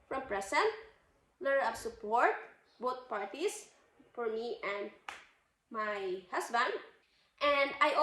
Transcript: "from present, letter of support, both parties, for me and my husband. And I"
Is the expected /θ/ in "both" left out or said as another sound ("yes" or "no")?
yes